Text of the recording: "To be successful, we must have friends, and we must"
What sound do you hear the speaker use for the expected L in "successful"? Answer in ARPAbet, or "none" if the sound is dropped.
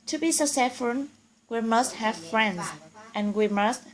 N